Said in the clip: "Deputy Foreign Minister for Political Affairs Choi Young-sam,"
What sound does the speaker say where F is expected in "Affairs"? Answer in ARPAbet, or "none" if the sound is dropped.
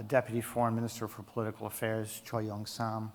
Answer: F